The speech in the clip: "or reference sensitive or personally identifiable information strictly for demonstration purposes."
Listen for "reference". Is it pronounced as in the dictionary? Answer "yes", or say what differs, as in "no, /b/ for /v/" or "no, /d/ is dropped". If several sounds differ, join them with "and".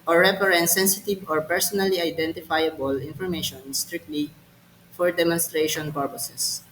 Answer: no, /p/ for /f/